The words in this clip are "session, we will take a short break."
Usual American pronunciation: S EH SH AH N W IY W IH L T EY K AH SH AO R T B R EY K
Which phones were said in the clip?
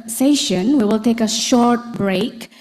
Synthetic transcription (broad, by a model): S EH SH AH N W IY W IH L T EY K AH SH AO R T B R EY K